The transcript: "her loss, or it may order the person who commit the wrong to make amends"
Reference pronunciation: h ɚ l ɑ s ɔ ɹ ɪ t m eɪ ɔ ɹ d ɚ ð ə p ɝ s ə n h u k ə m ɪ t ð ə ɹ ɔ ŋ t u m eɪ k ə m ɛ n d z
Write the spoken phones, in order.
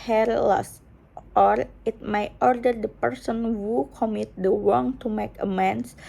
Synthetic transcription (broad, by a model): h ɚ l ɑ s ɔ ɹ ɪ t m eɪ ɔ ɹ d ɚ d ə p ɝ s ə n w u k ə m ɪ t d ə w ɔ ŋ t u m eɪ k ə m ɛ n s